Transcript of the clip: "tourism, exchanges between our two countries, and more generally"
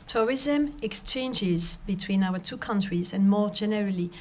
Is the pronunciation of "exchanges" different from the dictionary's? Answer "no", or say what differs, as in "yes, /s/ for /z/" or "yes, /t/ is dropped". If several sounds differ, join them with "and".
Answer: no